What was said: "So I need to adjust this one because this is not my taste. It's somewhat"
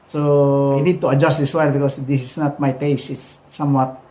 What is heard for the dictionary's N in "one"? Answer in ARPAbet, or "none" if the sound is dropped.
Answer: L